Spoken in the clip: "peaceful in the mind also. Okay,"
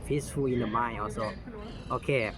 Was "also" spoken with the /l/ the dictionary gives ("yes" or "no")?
no